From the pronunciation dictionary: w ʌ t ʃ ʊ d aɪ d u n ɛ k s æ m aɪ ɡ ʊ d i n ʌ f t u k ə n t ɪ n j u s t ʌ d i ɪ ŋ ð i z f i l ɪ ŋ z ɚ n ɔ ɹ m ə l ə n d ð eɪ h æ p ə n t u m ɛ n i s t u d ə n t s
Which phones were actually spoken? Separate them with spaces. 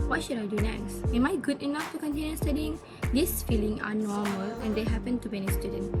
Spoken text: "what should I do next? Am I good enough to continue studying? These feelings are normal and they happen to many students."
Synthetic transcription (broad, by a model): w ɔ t ʃ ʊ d aɪ d u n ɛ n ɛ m aɪ ɡ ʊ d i n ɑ f t u k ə n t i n j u s t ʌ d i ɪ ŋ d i s f i l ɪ ŋ ɚ n ɔ m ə l ə n d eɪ h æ p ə n t u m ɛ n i s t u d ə n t